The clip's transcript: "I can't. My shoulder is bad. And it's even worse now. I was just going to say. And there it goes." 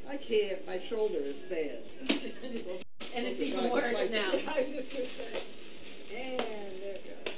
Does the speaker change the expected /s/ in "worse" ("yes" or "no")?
yes